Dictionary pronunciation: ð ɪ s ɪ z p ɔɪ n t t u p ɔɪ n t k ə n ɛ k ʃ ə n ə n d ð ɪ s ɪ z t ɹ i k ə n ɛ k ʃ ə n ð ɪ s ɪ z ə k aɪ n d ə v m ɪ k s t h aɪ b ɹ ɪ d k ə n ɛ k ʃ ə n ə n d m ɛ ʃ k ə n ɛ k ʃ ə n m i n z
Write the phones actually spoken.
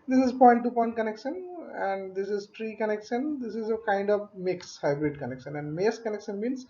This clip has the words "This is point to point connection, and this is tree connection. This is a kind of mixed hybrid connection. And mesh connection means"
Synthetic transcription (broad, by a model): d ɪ s ɪ z p ɔɪ n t t u p ɔɪ n t k ə n ɛ k ʃ ə n ə n d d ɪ s ɪ z t ɹ i k ə n ɛ k ʃ ə n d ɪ s ɪ z ə k aɪ n d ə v m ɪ k s h aɪ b ɹ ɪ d k ə n ɛ k ʃ ə n ə n d m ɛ s k ə n ɛ k ʃ ə n m i n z